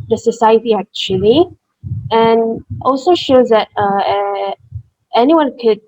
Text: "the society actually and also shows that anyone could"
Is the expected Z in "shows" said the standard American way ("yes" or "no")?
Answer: yes